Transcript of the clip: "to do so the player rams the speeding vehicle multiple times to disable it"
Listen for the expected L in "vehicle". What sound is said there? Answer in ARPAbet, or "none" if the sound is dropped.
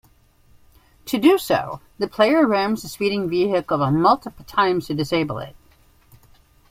N